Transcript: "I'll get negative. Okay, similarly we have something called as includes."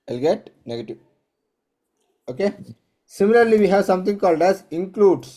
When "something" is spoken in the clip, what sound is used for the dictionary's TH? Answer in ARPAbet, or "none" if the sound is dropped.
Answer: T